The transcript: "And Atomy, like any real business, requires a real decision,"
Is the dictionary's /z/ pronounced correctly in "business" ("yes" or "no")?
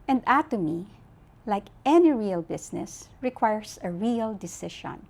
no